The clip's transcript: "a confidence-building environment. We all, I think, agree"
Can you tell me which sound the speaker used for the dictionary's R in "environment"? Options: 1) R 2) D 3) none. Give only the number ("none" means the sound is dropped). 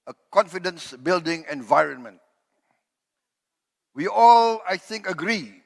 1